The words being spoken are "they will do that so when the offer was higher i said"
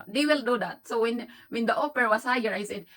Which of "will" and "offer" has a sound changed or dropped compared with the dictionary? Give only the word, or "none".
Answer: offer